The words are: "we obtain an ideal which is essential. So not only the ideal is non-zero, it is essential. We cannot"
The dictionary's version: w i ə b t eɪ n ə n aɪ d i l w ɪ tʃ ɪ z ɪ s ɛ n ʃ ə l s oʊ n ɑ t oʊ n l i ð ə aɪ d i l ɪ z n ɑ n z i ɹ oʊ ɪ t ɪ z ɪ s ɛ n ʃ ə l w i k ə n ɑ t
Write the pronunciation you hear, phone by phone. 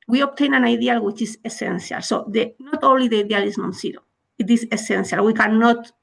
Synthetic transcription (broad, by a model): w i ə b t eɪ n ə n aɪ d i l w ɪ tʃ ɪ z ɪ s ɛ n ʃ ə l s oʊ n ɑ t oʊ n l i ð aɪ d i l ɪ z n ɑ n s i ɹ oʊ ɪ t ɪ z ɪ s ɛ n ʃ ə l w i k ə n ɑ t